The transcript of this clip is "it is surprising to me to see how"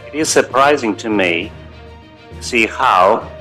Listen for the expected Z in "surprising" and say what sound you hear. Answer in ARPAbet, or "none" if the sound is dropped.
Z